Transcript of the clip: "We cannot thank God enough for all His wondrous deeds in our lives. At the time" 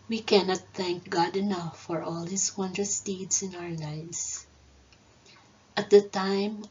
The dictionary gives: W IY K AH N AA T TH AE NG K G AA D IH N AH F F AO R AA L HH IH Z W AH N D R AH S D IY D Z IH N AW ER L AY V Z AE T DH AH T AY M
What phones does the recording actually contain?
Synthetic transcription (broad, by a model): W IY K AH N AA T TH AE NG K G AA D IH N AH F F AO R AA L HH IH S W AH N D R AH S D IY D S IH N AW ER L AY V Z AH T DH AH T AY M